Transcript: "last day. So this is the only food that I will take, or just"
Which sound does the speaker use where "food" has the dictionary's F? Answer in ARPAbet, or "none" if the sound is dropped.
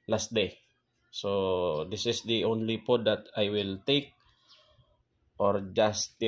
P